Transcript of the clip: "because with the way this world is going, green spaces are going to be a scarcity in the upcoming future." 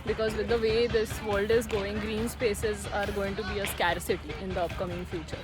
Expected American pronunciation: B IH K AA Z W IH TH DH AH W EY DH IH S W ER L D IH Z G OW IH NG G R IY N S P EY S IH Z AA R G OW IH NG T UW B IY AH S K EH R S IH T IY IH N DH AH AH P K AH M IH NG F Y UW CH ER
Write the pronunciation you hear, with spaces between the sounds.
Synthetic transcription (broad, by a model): B IH K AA Z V IH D AH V EY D IH S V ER L D IH Z G OW IH NG G R IY N S P EY S IH Z AA R G OW IH NG T UW B IY AH S K EH R S IH T IY IH N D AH AH P K AH M IH NG F Y UW CH ER